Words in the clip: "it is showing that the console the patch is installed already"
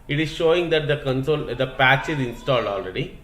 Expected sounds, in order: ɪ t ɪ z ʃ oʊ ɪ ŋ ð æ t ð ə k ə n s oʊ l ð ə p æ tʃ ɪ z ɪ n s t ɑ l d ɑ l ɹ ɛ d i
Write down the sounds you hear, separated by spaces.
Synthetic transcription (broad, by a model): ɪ t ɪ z ʃ oʊ ɪ ŋ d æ t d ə k ə n s oʊ l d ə p æ tʃ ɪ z ɪ n s t ɑ l d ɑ l ɹ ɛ d i